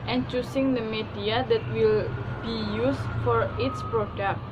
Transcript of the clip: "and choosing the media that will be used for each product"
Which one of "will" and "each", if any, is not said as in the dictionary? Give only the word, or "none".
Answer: each